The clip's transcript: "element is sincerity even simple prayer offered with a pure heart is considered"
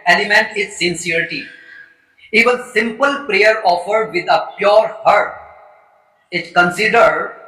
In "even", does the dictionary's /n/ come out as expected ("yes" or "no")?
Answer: no